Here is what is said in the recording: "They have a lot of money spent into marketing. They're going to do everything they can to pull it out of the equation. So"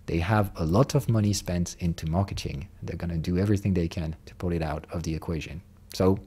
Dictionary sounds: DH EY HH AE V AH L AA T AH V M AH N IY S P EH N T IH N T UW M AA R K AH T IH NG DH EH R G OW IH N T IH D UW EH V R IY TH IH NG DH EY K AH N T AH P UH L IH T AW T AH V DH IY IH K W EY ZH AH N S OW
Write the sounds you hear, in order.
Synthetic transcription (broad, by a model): DH EY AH V AH L AA T AH V M AH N IY S P EH N T IH N T UW M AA R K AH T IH NG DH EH R G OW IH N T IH D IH EH V R IY TH IH NG DH EY K AH N T AH P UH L IH T AW T AH V DH IY IH K W EY ZH AH N S OW